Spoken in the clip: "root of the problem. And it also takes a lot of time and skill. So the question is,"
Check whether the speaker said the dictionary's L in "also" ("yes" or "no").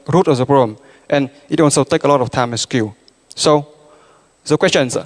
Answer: no